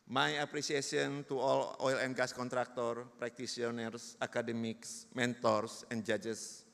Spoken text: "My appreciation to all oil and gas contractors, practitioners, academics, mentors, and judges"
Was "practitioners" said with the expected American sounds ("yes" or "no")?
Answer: no